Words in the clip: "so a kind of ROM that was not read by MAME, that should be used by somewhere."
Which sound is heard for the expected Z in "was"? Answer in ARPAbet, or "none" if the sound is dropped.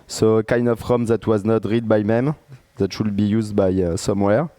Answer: Z